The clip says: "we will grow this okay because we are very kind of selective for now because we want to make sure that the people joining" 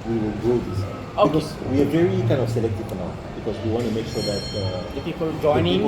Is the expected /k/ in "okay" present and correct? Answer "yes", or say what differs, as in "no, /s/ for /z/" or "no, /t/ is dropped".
no, /k/ is dropped